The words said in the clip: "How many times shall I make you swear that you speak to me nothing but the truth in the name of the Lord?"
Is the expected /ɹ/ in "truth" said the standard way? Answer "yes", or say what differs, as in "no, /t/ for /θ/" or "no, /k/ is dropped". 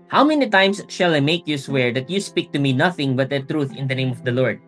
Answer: yes